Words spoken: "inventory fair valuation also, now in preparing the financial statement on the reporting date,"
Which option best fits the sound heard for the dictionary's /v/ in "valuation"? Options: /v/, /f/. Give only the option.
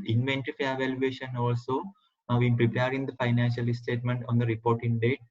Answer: /v/